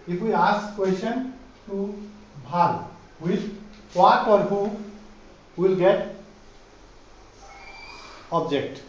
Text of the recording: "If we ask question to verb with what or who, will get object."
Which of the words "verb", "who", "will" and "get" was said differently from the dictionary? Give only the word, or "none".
verb